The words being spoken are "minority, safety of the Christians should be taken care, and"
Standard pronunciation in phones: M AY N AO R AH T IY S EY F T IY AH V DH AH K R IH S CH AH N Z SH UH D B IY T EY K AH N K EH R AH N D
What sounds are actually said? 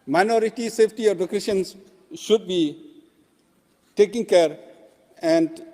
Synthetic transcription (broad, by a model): M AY N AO R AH T IY S EY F T IY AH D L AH K EH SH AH N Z SH UH D B IY T EY K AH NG K EH R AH N D